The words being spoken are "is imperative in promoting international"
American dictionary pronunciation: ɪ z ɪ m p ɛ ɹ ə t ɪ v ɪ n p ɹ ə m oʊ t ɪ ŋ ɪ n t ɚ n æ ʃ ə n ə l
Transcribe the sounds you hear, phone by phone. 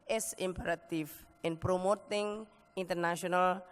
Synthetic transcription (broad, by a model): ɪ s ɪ m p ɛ ɹ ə t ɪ f ɪ n p ɹ ə m oʊ t ɪ ŋ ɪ n t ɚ n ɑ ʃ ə n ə l